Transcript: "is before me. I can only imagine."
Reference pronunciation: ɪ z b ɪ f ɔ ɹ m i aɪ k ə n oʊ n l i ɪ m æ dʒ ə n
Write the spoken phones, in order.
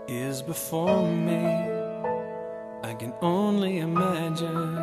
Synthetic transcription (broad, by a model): ɪ z b ɪ f ɔ ɹ m i aɪ k ə n oʊ n l i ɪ m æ dʒ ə n